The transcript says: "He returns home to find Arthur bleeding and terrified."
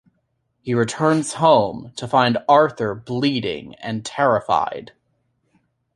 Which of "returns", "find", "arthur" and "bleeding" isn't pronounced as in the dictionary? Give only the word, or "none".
none